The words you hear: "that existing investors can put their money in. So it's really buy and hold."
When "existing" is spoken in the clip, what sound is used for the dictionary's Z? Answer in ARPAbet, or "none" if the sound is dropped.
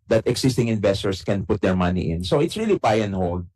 S